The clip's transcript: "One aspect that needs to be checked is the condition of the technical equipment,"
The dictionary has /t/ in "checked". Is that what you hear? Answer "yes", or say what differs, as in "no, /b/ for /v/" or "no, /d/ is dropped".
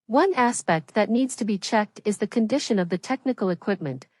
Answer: yes